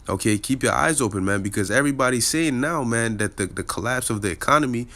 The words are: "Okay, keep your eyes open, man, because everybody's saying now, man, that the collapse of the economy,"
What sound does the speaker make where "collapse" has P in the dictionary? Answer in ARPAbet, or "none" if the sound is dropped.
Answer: P